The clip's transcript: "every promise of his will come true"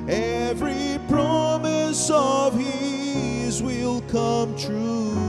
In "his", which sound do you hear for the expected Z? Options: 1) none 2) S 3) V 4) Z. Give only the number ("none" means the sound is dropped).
4